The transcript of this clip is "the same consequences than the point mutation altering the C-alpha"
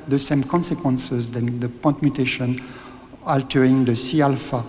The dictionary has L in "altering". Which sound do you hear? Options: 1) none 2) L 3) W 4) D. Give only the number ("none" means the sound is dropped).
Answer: 2